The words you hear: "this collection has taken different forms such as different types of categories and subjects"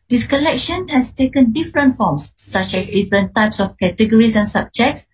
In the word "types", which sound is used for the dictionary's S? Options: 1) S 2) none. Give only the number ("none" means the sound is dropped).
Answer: 1